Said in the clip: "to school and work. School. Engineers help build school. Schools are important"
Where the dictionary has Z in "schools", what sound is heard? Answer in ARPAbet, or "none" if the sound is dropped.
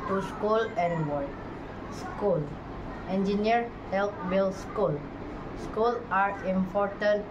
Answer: none